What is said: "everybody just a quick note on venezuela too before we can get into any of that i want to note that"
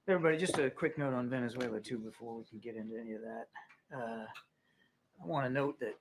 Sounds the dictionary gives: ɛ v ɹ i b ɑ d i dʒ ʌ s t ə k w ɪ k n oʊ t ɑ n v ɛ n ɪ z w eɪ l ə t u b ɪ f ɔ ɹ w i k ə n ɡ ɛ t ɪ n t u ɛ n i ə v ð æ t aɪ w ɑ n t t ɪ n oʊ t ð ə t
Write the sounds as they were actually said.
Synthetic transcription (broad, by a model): ɛ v ɹ i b ɑ d i dʒ ʌ s t ə k w ɪ k n oʊ t n v ɛ n ɪ z w eɪ l ə t u b ɪ f ɔ ɹ w i k n ɡ ɛ t ɪ n t u ɛ n i ə v ð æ t aɪ w ɑ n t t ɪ n oʊ t ð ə t